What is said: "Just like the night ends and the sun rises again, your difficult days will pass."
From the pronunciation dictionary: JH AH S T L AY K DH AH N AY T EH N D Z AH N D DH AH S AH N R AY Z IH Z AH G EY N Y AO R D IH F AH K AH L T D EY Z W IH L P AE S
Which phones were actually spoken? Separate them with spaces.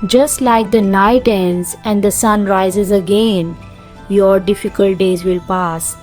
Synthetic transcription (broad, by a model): JH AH S T L AY K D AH N AY T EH N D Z AH N D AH S AH N R AY Z IH Z AH G EY N Y AO R D IH F AH K AH L T D EY Z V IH L P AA S